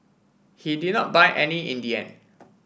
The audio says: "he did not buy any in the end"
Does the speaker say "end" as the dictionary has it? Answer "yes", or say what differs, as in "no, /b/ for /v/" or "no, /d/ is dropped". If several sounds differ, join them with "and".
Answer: no, /d/ is dropped